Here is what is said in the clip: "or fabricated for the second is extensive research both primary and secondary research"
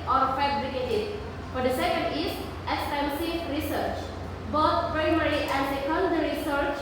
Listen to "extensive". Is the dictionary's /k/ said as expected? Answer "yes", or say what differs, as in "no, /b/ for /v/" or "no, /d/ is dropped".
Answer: no, /k/ is dropped